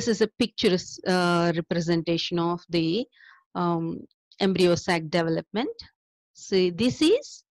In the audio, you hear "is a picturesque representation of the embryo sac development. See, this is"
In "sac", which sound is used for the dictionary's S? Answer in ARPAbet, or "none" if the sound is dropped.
S